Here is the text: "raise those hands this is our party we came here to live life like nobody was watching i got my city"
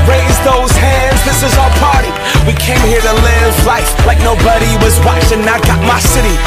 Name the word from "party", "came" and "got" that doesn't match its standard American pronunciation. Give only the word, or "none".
none